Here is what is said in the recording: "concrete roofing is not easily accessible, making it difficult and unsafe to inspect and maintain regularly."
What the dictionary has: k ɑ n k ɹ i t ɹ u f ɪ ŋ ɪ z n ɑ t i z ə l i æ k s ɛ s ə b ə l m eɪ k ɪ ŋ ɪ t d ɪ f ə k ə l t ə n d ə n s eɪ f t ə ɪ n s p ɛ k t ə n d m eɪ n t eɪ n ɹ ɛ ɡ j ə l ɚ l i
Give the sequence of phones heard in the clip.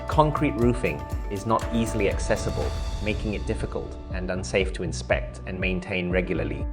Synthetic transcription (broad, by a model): k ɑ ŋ k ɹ i t ɹ u f ɪ ŋ ɪ z n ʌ t i z ə l i æ k s ɛ s ə b ə l m eɪ k ɪ ŋ ɪ t d ɪ f ə k ə l t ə n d ə n s eɪ f t ə ɪ n s p ɛ k t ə n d m eɪ n t eɪ n ɹ ɛ ɡ j l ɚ l i